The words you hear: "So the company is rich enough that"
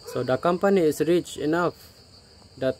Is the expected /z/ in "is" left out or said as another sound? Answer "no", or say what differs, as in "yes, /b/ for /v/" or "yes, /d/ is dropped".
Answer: yes, /s/ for /z/